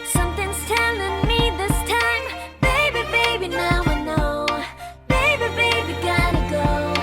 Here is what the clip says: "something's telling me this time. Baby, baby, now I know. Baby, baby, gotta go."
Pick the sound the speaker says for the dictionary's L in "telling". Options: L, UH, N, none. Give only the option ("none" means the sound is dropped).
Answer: N